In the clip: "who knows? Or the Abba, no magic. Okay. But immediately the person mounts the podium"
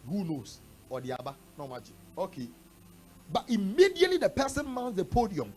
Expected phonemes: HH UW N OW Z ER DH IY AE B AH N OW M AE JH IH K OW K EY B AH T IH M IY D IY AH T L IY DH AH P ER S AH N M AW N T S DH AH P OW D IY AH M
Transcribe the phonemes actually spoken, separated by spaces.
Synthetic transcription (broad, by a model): HH UW N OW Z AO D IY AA B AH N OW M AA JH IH OW K EY B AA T IH M IY D IY AH T L IY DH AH P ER S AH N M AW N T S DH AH P OW D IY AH M